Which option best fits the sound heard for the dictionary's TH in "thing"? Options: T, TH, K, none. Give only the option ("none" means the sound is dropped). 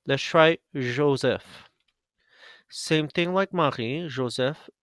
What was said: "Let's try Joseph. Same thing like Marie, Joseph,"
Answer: TH